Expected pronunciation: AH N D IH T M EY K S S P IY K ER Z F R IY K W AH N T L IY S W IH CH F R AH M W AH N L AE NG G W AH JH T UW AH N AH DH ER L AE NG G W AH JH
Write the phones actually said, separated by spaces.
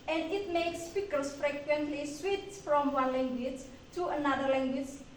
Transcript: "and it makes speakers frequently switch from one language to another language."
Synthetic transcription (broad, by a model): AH N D IH T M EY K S S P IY K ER S F R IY K W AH N T L IY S W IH S F R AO M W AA N L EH NG G W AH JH T UW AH N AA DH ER L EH NG G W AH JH